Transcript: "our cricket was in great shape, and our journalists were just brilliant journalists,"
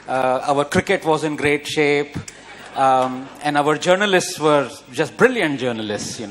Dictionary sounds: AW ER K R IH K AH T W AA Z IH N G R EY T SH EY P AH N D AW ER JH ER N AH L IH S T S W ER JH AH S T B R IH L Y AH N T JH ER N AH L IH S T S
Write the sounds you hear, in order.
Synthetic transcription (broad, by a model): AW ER K R IH K AH T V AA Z IH N G R EY T SH EY P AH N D AW ER JH ER N AH L IH S T S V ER JH AH S T B R IH L Y AH N T JH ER N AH L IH S T S